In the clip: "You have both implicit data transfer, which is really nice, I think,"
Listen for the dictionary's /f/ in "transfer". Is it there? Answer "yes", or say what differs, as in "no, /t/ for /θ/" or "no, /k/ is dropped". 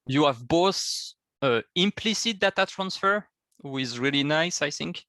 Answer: yes